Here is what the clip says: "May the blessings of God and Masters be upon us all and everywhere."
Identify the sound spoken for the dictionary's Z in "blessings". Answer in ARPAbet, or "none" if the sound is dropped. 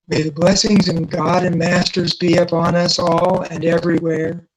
Z